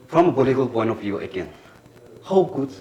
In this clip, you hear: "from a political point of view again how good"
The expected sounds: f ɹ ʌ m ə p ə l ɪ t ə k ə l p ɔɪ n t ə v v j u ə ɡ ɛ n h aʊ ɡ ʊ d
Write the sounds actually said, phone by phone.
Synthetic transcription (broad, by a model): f ɹ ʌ m ə b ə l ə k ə l p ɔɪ n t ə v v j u ə ɡ ɛ n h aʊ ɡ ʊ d